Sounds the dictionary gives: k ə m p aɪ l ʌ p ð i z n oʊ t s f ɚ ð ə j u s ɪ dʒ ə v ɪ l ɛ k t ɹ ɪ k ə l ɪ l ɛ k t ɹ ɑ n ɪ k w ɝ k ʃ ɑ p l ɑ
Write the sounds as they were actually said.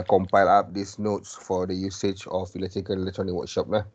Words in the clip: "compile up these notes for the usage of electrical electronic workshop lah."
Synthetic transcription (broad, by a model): k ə m p aɪ l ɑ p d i s n oʊ t s f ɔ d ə j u s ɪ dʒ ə f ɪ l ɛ t ɪ k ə n ɪ l ɛ k t ɹ ɑ n ɪ k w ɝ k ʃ ɑ p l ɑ